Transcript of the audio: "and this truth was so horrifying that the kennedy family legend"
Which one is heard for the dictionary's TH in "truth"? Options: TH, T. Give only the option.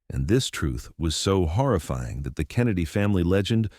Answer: TH